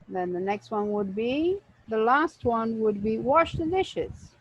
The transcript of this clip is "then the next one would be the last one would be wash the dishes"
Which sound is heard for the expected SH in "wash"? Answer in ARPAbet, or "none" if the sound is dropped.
SH